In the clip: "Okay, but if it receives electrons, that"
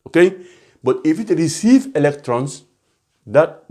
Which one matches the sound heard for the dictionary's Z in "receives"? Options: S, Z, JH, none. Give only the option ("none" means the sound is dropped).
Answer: none